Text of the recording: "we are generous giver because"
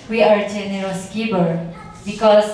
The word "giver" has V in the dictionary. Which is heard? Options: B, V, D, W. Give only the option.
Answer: B